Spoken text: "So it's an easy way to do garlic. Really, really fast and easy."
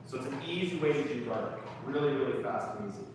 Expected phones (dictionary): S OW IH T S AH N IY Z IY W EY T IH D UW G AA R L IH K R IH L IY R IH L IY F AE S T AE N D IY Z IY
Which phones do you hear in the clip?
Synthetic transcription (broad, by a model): S OW IH T S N IY Z IY W EY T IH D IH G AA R IH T R IH L IY R IH L IY F AE S T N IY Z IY